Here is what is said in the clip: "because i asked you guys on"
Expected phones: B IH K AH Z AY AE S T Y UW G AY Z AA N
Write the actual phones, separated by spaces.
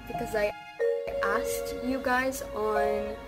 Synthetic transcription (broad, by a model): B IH K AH Z AY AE S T Y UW G AY Z N